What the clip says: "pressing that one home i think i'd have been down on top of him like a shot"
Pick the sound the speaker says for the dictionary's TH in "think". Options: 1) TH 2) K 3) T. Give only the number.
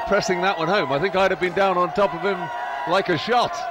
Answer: 1